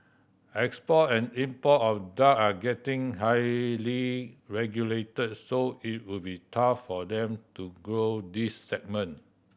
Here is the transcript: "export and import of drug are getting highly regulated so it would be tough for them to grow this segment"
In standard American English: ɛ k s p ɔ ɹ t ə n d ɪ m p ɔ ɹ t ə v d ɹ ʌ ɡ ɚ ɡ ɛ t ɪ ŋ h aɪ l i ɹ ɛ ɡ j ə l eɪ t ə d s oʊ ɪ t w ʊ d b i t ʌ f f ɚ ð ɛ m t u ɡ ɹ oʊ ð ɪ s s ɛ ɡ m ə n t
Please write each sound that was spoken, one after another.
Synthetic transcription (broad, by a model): ɛ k s p ɔ t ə n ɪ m p ɔ t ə f d ɑ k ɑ ɡ ɛ t ɪ ŋ h aɪ l i ɹ ɛ ɡ j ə l eɪ t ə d s oʊ ɪ t w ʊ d b i t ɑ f f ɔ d ɛ m t u ɡ ɹ oʊ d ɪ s s ɛ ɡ m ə n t